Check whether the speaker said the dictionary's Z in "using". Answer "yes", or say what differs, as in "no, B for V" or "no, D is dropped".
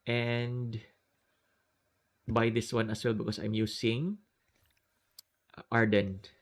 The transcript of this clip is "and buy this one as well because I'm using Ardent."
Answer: no, S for Z